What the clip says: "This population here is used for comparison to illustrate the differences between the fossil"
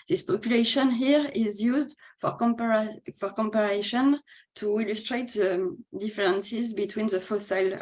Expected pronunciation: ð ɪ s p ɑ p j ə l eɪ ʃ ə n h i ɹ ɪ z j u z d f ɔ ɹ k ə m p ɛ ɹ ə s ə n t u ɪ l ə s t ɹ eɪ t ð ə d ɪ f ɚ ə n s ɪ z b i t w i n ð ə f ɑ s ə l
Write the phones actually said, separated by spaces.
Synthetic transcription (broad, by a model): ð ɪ s p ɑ p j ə l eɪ ʃ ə n h i ɹ ɪ z j u z d f ɔ ɹ k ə m p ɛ ɹ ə ʃ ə n t u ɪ l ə s t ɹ eɪ t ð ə d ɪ f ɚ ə n s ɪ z b i t w i n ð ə f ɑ s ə l